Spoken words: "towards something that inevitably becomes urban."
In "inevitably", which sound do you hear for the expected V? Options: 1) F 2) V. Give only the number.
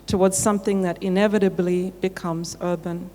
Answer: 2